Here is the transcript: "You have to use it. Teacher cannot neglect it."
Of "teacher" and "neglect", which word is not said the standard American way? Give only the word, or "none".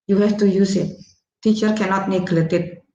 neglect